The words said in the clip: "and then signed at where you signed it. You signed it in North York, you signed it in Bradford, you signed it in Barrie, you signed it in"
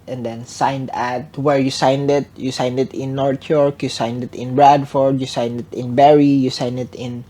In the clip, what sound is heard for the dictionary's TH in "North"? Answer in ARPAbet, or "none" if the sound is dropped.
T